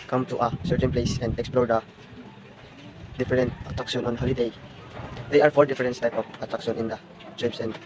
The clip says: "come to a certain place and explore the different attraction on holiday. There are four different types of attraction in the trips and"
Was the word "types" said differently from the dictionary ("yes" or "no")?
yes